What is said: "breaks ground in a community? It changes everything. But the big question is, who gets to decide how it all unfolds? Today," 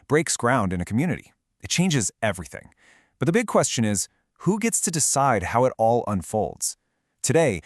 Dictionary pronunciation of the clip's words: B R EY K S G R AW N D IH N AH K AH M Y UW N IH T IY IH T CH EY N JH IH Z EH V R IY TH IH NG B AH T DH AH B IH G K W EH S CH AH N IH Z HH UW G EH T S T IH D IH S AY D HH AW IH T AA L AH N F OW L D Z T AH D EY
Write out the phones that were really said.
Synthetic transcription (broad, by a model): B R EY K S G R AW N D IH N AH K M Y UW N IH T IY IH T CH EY N JH IH Z EH V R IY TH IH NG B AH T DH AH B IH G K W EH S CH AH N IH Z HH UW G EH T S T IH D IH S AY D HH AW IH T AA L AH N F OW L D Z T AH D EY